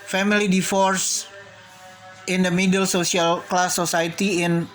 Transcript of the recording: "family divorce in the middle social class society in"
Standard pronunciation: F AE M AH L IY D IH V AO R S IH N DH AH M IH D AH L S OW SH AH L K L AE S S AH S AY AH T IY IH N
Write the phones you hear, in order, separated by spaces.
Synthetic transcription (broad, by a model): F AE M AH L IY D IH F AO R S IH N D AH M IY D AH L S OW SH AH L K L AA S S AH S AY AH T IY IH N